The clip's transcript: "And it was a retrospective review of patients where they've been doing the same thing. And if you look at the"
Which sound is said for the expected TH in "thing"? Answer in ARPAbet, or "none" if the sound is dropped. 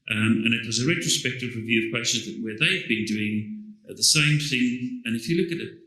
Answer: TH